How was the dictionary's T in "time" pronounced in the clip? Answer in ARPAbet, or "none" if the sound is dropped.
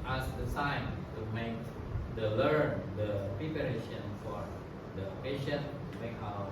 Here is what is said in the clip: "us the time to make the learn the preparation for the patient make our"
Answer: S